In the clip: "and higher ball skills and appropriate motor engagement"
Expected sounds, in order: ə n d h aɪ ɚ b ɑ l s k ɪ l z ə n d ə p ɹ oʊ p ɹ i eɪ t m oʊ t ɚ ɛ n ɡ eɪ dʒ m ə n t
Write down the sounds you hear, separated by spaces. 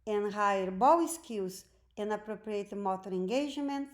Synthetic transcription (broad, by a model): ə n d h aɪ ɚ b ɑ w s k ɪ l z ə n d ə p ɹ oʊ p ɹ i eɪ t m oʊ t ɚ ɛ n ɡ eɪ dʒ m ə n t